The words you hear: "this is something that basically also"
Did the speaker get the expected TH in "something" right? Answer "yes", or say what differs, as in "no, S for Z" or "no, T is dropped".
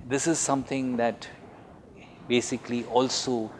no, T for TH